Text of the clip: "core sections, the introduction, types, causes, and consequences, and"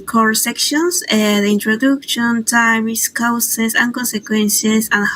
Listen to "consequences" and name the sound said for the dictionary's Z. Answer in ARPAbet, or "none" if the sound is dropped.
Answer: S